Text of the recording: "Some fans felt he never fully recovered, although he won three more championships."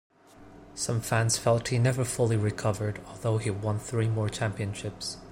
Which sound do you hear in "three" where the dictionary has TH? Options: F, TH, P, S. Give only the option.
TH